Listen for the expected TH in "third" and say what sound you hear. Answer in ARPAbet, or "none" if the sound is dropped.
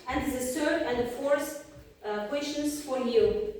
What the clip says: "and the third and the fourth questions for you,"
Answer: S